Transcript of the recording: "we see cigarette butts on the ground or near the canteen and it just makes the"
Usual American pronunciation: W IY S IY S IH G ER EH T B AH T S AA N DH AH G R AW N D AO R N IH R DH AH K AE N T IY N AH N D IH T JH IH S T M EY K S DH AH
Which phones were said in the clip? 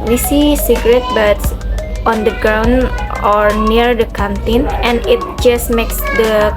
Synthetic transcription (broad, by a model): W IY S IY S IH G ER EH T B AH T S AA N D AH G R AW N D AO R N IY R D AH K AE N T IY N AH N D IH T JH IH S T M EY K S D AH